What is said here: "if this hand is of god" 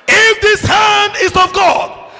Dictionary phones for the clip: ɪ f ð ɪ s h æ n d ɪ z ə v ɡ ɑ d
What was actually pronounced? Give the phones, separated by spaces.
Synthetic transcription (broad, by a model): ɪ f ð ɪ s h æ n d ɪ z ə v ɡ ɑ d